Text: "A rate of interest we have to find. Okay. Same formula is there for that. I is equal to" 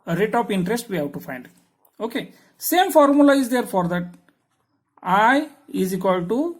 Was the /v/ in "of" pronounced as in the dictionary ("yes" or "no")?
no